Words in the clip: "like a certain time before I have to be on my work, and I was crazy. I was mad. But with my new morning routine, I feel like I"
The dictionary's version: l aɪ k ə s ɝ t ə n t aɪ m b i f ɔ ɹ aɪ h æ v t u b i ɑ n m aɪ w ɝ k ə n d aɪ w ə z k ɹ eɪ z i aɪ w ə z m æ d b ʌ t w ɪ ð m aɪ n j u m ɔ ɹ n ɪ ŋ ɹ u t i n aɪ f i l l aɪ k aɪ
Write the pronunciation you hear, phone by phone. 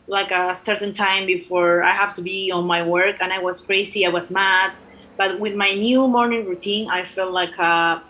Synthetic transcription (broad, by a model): l aɪ k ə s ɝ t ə n t aɪ m b i f ɔ ɹ aɪ h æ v t u b i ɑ n m aɪ w ɝ k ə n aɪ w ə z k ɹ eɪ s i aɪ w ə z m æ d b ʌ t w ɪ ð m aɪ n j u m ɔ ɹ n ɪ ŋ ɹ u t i n aɪ f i l l aɪ k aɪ